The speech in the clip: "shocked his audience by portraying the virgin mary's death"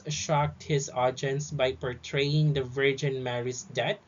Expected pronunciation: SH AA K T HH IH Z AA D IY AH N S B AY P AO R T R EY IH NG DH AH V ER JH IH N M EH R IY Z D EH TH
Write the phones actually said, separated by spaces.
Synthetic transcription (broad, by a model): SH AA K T HH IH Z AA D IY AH N S B AY P AO R T R EY IH NG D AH V ER JH IH N M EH R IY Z D EH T